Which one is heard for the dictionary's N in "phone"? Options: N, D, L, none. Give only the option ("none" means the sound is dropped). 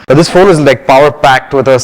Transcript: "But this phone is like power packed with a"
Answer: L